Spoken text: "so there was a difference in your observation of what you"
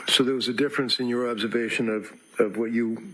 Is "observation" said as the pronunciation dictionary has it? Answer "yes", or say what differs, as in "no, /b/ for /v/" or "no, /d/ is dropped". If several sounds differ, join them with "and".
yes